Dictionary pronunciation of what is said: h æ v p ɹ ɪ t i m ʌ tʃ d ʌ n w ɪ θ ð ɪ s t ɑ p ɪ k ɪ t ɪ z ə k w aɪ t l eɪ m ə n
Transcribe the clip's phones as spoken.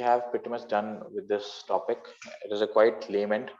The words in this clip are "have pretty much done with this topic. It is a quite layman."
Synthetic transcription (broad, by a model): h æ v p ɪ t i m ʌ s d ʌ n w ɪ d ɪ s t ɑ p ɪ k ɪ t ɪ z ə k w aɪ t l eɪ m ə n